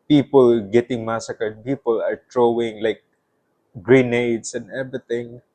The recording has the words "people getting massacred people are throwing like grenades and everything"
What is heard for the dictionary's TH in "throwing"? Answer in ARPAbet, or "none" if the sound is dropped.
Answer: T